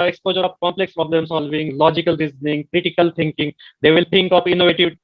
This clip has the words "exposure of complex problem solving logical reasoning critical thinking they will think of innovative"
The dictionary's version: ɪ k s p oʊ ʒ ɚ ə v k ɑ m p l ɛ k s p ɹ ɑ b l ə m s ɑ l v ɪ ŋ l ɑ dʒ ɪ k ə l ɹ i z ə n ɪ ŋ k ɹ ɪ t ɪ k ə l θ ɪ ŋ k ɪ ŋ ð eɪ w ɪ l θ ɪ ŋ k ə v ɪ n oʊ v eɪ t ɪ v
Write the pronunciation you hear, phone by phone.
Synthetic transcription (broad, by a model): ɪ k s p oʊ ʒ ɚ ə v k ɑ m p l ɛ k s p ɹ ɑ b l ə m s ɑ l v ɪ ŋ l ɑ dʒ ɪ k ə l ɹ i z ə n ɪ ŋ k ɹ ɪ t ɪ k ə l t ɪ ŋ k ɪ ŋ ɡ eɪ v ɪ l t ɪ ŋ k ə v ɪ n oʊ v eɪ t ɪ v